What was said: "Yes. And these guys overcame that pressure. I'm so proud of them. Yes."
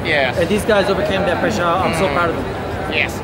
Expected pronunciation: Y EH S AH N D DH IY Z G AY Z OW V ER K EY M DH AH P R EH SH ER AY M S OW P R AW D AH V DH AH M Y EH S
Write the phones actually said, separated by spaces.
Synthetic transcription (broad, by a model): Y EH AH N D DH IY Z G AY Z OW V ER K EY M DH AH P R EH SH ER AY M S OW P AW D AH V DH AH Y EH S